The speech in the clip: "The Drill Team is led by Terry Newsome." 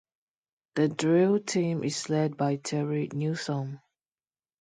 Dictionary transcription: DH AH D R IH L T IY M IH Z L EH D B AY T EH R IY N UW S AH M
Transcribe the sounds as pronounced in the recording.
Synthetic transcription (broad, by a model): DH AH D R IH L T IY M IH S L EH D B AY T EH R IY N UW S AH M